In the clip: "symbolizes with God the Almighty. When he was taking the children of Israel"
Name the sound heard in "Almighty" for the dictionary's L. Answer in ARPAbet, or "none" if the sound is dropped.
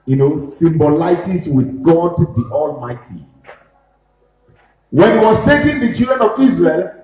L